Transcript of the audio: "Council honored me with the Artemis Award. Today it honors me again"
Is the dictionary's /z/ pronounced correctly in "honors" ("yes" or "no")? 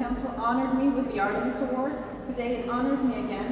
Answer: yes